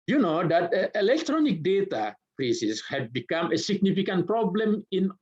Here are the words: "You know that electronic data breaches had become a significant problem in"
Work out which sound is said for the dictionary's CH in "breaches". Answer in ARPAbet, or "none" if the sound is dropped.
S